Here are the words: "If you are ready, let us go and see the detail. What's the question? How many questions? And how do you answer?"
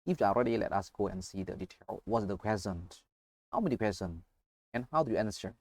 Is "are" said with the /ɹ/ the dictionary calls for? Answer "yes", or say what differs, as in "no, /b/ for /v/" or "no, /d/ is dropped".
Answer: no, /l/ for /ɹ/